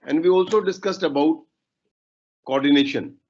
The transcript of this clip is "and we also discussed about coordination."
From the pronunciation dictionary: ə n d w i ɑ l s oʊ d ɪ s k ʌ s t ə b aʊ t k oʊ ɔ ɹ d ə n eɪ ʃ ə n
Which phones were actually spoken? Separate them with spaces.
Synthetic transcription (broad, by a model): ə n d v i ɑ l s oʊ d ɪ s k ʌ s t ə b aʊ t k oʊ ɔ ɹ d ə n eɪ ʃ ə n